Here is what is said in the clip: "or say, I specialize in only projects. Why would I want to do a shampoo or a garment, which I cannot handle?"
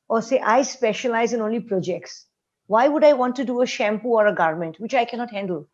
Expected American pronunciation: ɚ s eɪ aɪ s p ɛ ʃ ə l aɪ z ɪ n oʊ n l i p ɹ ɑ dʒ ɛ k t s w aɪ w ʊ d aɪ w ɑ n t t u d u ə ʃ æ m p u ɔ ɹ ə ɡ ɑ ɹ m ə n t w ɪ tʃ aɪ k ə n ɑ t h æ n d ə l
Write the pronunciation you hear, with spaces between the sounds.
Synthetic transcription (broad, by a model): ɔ s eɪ aɪ s p ɛ ʃ ə l aɪ z ɪ n oʊ n l i p ɹ ɑ dʒ ɛ k t s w aɪ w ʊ d aɪ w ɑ n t t u d u ə ʃ æ m p u ɔ ɹ ə ɡ ɑ ɹ m ə n t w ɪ tʃ aɪ k ə n ɑ t h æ n d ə l